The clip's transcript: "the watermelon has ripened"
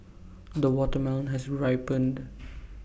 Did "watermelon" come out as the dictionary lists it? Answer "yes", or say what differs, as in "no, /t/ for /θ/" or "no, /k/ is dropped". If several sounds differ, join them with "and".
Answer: no, /l/ is dropped